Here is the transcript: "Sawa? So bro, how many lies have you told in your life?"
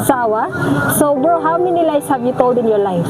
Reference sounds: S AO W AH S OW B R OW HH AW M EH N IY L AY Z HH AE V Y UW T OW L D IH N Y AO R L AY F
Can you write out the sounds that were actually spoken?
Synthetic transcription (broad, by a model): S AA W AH S OW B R HH AW M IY N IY L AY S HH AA B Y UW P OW W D IH N Y AO R L AY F